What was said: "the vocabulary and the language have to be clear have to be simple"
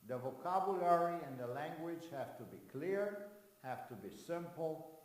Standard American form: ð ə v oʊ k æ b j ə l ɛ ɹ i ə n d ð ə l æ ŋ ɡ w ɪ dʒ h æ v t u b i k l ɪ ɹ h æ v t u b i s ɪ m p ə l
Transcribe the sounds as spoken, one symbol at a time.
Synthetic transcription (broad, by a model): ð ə v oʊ k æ b j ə l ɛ ɹ i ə n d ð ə l æ ŋ ɡ w ɪ dʒ h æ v t u b i k l ɪ ɹ h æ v t u b i s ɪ m p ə l